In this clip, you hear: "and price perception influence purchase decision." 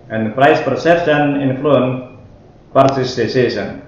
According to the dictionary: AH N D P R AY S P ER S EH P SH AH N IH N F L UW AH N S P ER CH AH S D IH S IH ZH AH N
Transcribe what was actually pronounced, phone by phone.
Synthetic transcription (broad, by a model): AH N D P R AY S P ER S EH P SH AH N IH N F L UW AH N P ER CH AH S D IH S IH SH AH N